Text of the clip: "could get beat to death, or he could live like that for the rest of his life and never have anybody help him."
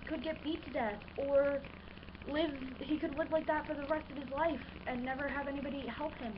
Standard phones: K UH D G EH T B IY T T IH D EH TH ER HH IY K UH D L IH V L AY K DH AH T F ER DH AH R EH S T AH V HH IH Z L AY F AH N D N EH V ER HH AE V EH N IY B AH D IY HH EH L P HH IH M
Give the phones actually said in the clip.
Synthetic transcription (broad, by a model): K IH D G EH T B IY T T IH D EH TH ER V IY K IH D L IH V L AY K DH AH T F ER DH AH R EH S T AH V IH Z L AY F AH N N EH V ER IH V EH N IY B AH D IY HH EH L P HH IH M